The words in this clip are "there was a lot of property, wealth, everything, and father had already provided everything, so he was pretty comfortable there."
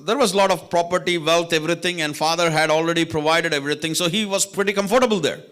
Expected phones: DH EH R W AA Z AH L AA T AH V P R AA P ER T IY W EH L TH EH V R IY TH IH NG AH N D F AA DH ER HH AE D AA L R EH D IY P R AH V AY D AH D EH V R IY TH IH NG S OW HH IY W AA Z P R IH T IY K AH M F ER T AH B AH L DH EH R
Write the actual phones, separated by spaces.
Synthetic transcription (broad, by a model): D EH R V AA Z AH L AA T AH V P R AA P ER T IY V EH L T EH V R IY T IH NG AH N D F AA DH ER HH AE D AA L R EH D IY P R AH V AY D AH D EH V R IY T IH NG S OW HH IY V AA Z P R IH T IY K AH M F ER T AH B AH L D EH R